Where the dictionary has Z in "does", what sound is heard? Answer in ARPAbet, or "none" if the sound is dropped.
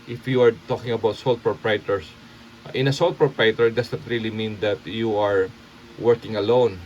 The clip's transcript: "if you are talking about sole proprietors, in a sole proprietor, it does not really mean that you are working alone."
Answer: S